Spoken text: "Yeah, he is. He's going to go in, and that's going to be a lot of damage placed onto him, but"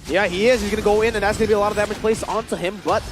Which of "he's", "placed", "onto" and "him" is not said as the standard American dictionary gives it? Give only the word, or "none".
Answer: placed